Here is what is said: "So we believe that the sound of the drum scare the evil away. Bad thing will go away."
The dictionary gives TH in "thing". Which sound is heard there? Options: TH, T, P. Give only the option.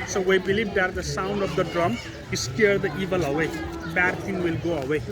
T